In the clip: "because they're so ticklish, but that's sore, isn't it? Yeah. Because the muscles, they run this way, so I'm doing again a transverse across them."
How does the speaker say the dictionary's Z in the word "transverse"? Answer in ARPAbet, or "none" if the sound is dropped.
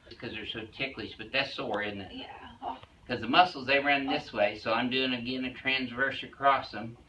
Z